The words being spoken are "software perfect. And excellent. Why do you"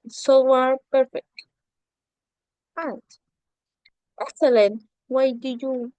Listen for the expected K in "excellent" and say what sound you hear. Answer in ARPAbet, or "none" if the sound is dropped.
none